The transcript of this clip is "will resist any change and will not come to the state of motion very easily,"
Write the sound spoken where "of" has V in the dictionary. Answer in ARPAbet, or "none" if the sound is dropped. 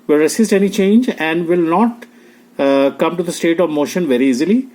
V